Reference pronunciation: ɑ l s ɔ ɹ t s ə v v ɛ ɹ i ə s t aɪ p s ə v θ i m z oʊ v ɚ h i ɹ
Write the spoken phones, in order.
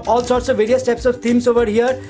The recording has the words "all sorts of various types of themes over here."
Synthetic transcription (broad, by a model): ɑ l s ɔ ɹ t s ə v v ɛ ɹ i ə s t aɪ p s ə v t i m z oʊ v ɚ h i ɹ